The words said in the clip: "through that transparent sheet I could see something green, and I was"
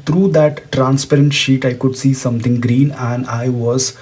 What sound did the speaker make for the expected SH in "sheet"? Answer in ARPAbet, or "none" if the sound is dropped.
SH